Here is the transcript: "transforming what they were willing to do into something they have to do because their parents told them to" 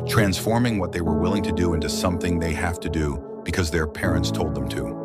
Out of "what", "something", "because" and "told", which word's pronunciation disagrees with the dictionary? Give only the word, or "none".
none